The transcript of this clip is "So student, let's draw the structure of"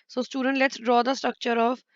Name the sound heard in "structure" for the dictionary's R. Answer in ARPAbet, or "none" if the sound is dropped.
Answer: none